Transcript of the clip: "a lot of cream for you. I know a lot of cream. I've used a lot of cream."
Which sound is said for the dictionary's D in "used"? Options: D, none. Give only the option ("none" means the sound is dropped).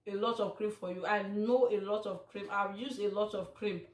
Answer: none